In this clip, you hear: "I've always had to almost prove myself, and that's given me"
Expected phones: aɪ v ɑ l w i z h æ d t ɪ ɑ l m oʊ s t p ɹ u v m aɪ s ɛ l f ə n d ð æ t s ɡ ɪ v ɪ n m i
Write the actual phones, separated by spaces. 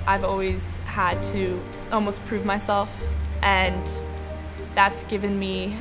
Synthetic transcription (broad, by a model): aɪ v ɑ l w i z h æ d t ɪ ɑ l m oʊ s p ɹ u v m aɪ s ɛ l f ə n ð æ t s ɡ ɪ v ɪ n m i